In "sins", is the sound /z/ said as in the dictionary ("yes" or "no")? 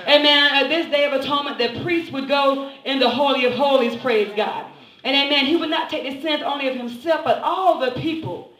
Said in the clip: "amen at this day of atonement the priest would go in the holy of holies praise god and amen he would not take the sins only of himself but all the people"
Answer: no